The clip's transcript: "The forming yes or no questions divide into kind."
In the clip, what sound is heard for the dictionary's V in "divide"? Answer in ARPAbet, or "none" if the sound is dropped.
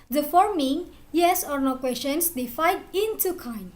F